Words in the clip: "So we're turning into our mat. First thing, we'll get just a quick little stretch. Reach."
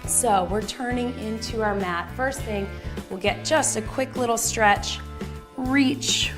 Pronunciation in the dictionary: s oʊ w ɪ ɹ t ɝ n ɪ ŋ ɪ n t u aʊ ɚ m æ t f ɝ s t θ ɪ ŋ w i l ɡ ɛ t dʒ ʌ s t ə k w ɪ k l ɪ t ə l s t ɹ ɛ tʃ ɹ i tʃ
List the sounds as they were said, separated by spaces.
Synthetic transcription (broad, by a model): s oʊ w ɪ ɹ t ɝ n ɪ ŋ ɪ n t u aʊ ɚ m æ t f ɝ s θ ɪ ŋ w i l ɡ ɛ t dʒ ʌ s t ə k w ɪ k l ɪ t l s t ɹ ɛ tʃ ɹ i tʃ